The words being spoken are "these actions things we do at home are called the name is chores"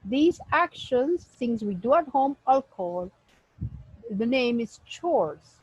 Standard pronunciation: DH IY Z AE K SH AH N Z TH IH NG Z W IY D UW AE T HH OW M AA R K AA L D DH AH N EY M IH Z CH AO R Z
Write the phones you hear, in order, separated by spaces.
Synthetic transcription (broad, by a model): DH IY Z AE K SH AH N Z T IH NG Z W IY D UW AE T HH OW M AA L K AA L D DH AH N EY M IH Z CH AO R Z